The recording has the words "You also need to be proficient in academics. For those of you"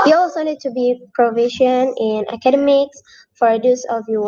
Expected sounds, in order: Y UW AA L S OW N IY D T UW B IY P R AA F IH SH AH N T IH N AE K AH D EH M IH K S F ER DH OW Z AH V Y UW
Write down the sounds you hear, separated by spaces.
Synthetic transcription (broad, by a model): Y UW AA W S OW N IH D T UW B IY P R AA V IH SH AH N IH N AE K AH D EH M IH K S F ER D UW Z AH V Y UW